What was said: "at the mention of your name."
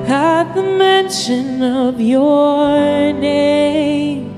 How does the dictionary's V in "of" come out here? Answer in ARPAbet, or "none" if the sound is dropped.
V